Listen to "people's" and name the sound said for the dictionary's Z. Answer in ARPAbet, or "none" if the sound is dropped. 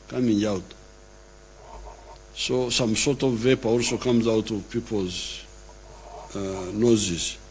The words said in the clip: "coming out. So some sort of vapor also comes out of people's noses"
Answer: Z